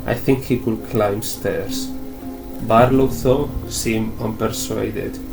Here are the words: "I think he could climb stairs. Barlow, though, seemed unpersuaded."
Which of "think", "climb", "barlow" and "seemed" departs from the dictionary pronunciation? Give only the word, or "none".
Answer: seemed